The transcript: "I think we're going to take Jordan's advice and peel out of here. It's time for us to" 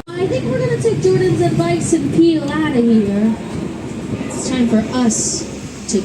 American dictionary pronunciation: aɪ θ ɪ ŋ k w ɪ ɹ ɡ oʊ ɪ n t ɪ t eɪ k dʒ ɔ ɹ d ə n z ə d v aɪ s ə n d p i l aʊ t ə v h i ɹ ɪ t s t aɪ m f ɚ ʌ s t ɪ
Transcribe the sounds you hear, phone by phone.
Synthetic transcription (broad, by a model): aɪ θ ɪ ŋ k w ɪ ɹ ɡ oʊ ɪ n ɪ t eɪ k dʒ ɔ ɹ d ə n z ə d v aɪ s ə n p i l aʊ t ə h i ɹ ɪ t s t aɪ m f ɚ ʌ s t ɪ